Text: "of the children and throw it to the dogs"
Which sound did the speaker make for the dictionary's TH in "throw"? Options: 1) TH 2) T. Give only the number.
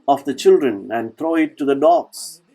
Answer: 2